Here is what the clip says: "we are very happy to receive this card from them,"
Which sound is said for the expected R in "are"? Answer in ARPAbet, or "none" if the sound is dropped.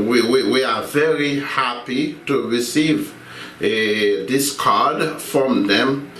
W